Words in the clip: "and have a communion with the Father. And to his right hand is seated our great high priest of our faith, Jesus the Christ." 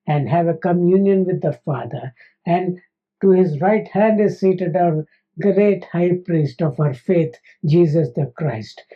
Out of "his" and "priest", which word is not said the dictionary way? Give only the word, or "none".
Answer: none